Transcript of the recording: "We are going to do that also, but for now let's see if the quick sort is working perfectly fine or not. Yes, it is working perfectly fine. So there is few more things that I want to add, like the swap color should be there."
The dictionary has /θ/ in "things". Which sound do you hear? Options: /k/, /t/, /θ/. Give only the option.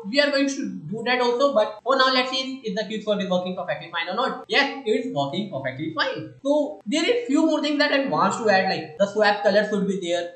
/t/